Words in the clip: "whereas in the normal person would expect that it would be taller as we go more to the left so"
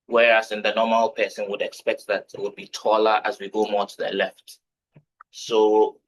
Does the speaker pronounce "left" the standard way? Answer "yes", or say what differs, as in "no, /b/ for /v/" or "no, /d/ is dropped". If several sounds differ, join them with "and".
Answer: yes